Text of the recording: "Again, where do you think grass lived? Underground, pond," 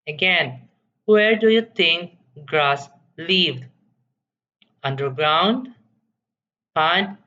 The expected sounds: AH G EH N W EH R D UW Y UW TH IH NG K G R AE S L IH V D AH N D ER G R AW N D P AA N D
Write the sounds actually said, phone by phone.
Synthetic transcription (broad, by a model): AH G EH N W EH R D UW Y UW T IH NG K G R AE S L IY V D AH N D ER G R AW N D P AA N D